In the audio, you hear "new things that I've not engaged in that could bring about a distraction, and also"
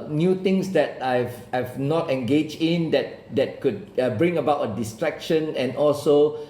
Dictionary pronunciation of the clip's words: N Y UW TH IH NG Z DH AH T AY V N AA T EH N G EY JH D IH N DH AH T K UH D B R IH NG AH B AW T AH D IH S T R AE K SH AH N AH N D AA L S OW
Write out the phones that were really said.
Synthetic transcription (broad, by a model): N Y UW T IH NG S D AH T AY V N AA T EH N G EY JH D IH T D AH T K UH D B R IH NG AH B AW T AH D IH S T R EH K SH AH N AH N AA L S OW